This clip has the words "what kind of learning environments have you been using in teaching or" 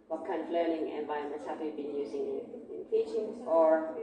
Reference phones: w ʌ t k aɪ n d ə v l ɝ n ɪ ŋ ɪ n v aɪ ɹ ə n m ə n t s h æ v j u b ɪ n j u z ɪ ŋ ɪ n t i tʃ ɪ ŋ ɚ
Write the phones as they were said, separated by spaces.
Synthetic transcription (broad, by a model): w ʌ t k aɪ n d ə v l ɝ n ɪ ŋ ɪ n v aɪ ə m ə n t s h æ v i b ɪ n j u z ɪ ŋ ɪ n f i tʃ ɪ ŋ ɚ